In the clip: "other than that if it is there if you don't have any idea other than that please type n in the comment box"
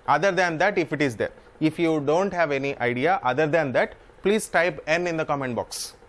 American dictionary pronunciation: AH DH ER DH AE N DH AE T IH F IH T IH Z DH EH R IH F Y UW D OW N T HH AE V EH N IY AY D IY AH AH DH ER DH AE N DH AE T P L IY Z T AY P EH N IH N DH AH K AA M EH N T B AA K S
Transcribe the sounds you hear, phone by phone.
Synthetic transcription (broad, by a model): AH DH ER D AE N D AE T IH F IH T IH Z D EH R IH F Y UW D OW N T HH AE V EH N IY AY D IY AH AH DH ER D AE N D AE T P L IY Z T AY P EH N IH N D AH K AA M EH N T B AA K S